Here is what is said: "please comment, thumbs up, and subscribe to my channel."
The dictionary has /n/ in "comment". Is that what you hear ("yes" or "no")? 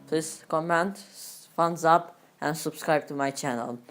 yes